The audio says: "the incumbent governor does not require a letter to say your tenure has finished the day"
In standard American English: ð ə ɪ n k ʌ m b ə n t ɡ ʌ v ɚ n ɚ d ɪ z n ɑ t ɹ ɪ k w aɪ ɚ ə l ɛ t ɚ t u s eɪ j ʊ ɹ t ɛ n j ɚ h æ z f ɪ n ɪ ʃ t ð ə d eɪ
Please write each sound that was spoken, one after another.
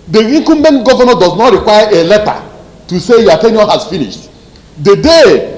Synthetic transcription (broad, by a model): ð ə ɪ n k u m ə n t ɡ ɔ v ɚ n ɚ d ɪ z n ɑ t ɹ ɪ k w aɪ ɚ ə l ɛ t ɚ t u s eɪ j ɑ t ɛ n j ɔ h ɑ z f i n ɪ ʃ t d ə d eɪ